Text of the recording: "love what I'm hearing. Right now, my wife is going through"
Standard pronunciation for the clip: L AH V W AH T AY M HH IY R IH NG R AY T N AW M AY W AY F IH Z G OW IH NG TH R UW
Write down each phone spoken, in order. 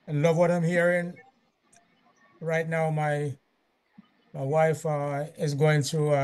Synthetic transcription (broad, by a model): L AH V W AH T AY M HH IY R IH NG R AY T N AW M AY W AY F IH Z G OW IH NG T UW